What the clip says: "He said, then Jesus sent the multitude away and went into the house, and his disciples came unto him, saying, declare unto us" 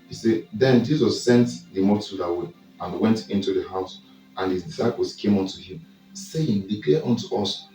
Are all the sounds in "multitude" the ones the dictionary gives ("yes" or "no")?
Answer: no